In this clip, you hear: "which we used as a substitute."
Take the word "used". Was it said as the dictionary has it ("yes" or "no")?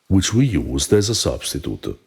yes